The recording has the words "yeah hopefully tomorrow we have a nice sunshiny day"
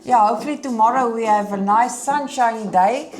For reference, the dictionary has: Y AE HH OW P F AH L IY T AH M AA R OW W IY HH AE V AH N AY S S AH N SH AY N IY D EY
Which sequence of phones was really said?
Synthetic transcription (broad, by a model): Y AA HH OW F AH L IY T AH M AA R OW W IY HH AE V AH N AY S S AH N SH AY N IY D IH